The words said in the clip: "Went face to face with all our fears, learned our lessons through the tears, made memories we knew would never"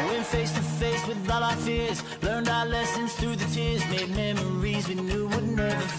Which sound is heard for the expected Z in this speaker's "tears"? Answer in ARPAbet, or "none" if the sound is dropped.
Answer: Z